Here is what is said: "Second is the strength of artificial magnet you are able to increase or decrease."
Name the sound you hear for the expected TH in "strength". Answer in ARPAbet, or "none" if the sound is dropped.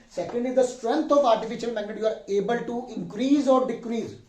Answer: T